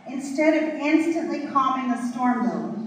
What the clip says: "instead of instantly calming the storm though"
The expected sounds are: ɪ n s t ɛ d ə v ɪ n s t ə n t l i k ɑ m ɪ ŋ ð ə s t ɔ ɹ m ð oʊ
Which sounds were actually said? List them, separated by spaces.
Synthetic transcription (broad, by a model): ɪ n s t ɛ d ə v ɪ n s t ə n t l i k ɑ m ɪ ŋ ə s t ɔ ɹ m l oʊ